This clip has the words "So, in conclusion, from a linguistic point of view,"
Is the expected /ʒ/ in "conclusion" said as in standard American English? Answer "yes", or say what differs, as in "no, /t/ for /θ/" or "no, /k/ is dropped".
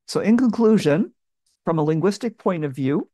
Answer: yes